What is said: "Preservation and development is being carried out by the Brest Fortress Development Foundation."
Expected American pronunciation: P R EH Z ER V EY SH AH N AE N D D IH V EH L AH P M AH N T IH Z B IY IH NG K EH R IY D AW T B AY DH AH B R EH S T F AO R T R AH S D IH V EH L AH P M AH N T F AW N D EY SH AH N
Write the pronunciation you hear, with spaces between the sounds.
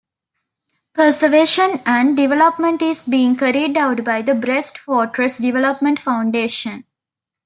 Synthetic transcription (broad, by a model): P AH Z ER V EY SH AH N AE N D D IH V EH L AH P M AH N T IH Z B IY IH NG K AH R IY D AW T B AY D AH B R EH S T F AO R T R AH S D IH V EH L AH P M AH N T F AW N D EY SH AH N